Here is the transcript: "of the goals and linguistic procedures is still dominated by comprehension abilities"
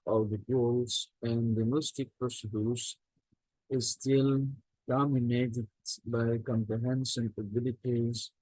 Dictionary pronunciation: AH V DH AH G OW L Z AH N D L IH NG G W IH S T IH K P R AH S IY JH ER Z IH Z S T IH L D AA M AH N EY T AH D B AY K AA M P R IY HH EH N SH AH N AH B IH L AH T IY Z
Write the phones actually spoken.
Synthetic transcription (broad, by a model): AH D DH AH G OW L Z AH N D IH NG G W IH S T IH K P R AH S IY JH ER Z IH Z S T IH L D AA M AH N EY T AH D B AY K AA M P R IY HH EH N S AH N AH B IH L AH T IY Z